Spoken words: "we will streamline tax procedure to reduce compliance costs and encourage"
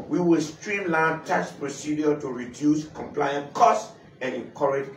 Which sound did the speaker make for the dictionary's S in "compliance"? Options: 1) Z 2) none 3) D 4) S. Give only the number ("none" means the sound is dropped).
2